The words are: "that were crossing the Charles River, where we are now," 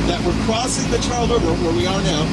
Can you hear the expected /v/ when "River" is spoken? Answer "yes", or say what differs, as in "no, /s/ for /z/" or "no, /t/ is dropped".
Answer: no, /v/ is dropped